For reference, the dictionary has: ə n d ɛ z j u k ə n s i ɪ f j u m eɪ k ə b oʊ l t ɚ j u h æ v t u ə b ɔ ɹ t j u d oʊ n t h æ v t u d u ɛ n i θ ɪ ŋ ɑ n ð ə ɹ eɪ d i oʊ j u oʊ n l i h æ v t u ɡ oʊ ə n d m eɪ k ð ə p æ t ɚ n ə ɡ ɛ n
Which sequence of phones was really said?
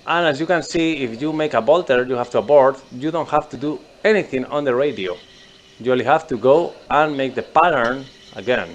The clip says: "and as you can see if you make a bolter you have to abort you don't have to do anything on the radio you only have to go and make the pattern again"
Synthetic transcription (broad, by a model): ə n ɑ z j u k ə n s i ɪ f j u m eɪ k ə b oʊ l t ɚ j u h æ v t u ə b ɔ ɹ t j u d oʊ n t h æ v t u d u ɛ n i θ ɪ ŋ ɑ n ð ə ɹ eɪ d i oʊ j u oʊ l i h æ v t u ɡ oʊ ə n m eɪ k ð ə p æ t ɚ n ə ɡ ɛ n